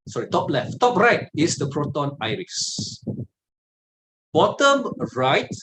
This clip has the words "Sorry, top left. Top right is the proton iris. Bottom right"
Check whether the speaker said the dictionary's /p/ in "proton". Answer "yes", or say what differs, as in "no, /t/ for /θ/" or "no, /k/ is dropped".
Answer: yes